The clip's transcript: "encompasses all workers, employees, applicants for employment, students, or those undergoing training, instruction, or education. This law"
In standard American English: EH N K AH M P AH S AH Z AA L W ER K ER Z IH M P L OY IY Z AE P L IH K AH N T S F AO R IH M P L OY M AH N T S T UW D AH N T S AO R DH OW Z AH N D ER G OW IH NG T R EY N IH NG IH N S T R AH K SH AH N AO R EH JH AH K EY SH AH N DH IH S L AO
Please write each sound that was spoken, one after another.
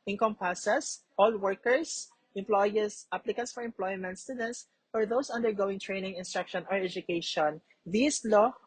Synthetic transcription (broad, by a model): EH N K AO M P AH S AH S AA L W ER K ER S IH M P L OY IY S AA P L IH K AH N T S F AO R IH M P L OY M AH N T S T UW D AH N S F AO R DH OW S AH N D ER G OW IH NG T R EY N IH NG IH N S T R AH K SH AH N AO R EH JH AH K EY SH AH N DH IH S L AO